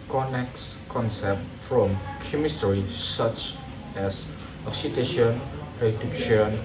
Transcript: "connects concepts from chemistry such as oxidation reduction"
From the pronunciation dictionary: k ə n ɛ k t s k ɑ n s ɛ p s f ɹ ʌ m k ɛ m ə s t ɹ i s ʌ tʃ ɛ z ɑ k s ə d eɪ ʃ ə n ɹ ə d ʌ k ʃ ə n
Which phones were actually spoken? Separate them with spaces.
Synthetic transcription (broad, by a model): k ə n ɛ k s k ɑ n s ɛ p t f ɹ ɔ m k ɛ m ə s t ɹ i s ʌ tʃ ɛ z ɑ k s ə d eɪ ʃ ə n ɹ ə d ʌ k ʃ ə n